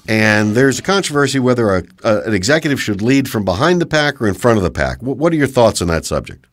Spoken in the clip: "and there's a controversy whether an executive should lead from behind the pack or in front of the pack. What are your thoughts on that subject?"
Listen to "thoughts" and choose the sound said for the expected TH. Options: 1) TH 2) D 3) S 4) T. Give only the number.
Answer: 1